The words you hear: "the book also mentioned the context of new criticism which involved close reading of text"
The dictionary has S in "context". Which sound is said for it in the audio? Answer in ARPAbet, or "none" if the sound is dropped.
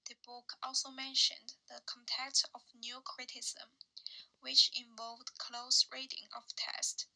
none